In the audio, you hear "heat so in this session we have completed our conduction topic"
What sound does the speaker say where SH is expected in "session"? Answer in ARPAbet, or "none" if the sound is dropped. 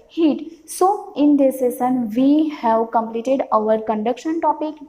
S